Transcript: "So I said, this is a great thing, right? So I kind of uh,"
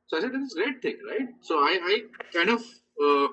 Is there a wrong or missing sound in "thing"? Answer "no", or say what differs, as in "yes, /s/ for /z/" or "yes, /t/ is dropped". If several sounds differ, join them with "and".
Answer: yes, /t/ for /θ/